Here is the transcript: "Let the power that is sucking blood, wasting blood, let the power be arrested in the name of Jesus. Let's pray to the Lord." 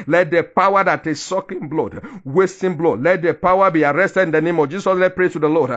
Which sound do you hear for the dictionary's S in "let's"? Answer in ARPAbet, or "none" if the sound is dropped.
none